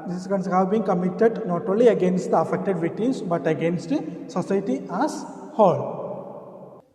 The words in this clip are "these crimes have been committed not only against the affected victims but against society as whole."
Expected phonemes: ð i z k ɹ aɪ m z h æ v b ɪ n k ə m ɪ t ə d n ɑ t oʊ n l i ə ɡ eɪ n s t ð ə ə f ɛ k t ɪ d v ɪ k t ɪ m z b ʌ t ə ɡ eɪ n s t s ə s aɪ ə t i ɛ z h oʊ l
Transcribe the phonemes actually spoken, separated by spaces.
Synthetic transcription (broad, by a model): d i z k aɪ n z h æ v b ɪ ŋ k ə m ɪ t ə d n ɑ t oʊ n l i ə ɡ eɪ n s t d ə ə f ɛ k t ɪ d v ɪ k t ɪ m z b ʌ t ə ɡ eɪ n s t s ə s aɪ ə t i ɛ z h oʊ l